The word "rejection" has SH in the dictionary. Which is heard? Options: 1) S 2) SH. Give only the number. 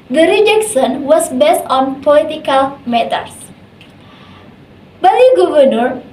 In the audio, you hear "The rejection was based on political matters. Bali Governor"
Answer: 1